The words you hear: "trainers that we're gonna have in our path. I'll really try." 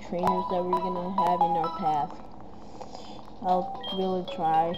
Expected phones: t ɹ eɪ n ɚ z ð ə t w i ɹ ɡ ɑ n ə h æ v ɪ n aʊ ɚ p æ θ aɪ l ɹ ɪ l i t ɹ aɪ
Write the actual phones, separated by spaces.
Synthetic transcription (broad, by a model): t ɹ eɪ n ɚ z ð ə t w i ɹ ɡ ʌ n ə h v ɪ n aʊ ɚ p æ θ aɪ l ɹ ɪ l i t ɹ aɪ